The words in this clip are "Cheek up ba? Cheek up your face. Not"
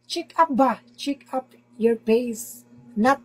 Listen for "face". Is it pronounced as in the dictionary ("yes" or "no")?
no